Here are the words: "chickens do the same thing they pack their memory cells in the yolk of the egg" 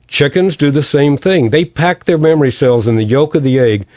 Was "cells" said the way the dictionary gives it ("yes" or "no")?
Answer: yes